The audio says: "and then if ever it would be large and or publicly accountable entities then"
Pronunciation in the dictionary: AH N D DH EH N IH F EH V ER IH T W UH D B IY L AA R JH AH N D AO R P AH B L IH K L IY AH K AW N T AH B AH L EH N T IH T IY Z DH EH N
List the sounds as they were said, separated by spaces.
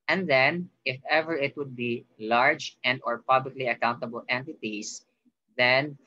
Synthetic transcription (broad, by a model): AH N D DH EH N IH F EH V ER IH T W UH D B IY L AA R JH AH N D AO R P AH B L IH K L IY AH K AW N T AH B AH L EH N T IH T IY S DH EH N